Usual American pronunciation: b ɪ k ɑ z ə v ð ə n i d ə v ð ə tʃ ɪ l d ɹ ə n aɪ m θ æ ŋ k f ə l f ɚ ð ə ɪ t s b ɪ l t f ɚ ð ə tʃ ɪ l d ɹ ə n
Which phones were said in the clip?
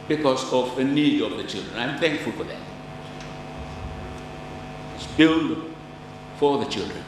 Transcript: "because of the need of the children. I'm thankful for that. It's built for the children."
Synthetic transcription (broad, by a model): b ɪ k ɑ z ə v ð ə n i d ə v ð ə tʃ ɪ l d ɹ ə n aɪ m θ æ ŋ k f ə l f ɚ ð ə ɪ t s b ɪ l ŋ f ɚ ð ə tʃ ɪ l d ɹ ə n